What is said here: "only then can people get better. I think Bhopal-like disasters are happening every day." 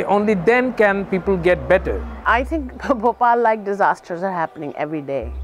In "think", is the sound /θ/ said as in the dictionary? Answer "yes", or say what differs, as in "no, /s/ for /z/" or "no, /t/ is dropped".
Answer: no, /t/ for /θ/